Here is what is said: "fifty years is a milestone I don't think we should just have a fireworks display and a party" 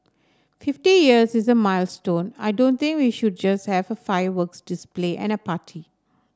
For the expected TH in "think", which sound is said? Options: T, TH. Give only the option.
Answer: T